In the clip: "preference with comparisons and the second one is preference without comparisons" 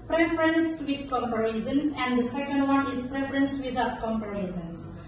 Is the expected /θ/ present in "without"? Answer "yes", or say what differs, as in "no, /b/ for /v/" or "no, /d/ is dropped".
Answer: no, /t/ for /θ/